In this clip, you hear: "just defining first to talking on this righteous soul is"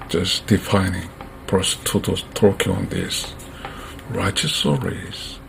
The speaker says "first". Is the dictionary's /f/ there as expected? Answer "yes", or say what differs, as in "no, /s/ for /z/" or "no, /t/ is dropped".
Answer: no, /p/ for /f/